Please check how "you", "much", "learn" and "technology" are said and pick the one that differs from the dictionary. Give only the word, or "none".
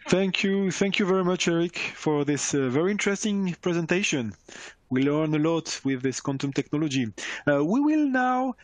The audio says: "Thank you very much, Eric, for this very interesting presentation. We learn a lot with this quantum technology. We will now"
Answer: none